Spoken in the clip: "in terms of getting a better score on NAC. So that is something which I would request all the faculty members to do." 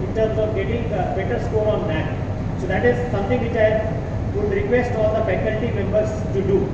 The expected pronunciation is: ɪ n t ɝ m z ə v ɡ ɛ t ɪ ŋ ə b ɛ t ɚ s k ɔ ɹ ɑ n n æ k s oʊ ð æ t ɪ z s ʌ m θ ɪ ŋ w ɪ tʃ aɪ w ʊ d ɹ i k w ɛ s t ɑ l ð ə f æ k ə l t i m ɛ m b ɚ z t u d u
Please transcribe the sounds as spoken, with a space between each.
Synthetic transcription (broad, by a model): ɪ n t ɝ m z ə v ɡ ɛ t ɪ ŋ ə b ɛ t ɚ s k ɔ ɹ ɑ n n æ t s oʊ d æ t ɪ z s ʌ m t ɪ ŋ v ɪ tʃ aɪ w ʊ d ɹ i k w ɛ s t ɑ l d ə p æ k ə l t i m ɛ m b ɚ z t u d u